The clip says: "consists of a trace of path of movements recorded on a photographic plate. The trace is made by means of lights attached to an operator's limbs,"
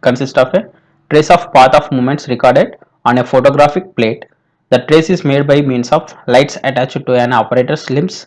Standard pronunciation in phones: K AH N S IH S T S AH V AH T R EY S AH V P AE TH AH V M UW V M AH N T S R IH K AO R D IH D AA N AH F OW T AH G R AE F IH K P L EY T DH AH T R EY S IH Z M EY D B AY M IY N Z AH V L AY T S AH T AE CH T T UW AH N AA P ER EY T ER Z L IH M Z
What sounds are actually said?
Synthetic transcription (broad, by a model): K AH N S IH S T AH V AH T R EY S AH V P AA T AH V M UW M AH N T S R IH K AO R D IH D AA N AH F OW T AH G R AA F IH K P L EY T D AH T R EY S IH Z M EY D B AY M IY N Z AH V L AY T S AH T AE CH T T UW AH N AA P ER EY T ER S L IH M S